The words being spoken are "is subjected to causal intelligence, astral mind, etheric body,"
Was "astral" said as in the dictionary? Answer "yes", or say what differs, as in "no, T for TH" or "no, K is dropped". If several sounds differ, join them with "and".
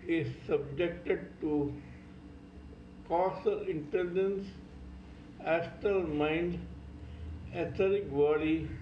no, R is dropped